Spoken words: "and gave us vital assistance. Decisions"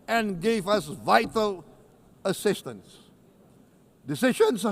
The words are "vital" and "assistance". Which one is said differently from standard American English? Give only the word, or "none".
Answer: none